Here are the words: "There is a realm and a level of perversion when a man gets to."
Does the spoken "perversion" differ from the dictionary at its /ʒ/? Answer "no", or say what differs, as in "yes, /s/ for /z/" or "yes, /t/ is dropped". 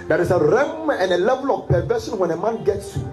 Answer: yes, /ʃ/ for /ʒ/